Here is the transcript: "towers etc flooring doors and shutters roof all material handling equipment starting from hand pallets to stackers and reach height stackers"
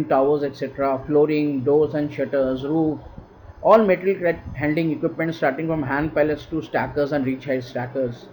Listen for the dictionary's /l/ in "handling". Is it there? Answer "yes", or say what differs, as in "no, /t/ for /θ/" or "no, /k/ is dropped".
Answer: no, /l/ is dropped